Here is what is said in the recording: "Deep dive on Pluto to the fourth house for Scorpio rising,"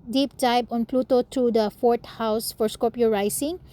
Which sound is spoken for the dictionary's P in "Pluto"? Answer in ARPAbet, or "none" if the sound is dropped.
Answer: P